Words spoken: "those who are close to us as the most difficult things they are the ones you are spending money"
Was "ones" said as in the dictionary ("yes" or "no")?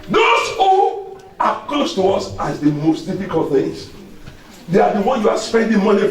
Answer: no